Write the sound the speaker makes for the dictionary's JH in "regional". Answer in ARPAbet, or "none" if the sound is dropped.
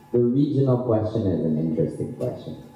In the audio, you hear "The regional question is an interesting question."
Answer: JH